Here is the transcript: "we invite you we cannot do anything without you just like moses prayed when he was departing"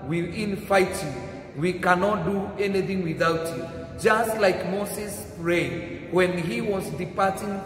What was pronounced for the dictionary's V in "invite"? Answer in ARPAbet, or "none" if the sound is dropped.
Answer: F